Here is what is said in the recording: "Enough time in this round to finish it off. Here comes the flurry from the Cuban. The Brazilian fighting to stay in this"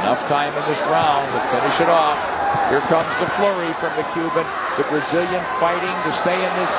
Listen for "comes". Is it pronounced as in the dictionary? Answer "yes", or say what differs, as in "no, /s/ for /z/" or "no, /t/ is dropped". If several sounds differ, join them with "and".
yes